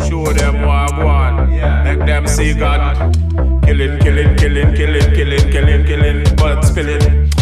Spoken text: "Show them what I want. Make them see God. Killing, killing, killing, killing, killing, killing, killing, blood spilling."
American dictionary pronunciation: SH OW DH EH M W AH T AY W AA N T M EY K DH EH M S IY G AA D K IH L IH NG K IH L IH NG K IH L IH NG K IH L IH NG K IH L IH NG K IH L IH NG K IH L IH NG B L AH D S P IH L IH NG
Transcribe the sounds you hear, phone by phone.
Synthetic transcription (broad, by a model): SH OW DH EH M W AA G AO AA N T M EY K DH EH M S IY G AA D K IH L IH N K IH L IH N K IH L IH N K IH L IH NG K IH L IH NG K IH L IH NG K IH L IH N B AH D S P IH L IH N